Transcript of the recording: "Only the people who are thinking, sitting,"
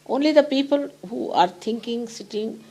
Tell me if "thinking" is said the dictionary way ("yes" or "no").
no